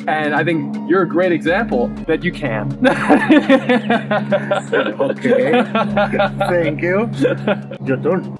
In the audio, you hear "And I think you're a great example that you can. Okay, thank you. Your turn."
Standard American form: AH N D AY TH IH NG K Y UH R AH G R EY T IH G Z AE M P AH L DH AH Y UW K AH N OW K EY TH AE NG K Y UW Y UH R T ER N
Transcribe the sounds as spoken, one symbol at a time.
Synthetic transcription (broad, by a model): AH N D AY TH IH NG K Y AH R AH G R EY T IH G Z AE M P L DH AH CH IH K AH N OW K EY TH AE NG K Y UW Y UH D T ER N